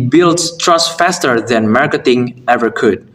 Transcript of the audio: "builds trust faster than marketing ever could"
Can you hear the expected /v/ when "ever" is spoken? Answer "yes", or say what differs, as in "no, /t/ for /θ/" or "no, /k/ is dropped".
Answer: yes